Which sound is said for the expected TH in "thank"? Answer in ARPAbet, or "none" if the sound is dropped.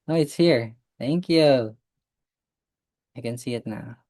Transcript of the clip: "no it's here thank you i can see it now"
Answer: TH